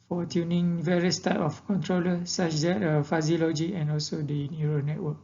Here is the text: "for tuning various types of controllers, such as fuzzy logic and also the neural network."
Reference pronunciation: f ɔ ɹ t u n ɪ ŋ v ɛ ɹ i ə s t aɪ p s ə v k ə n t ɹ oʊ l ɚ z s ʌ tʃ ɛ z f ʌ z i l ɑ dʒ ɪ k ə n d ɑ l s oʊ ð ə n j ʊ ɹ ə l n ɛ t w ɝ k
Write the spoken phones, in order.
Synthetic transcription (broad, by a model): f ɔ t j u n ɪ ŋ v ɛ ɹ i ə s t aɪ p ə f k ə n t ɹ oʊ l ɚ s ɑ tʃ ɛ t f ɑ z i l ɑ dʒ ɪ k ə n ɑ l s oʊ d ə n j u ɹ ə n ɛ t w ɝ k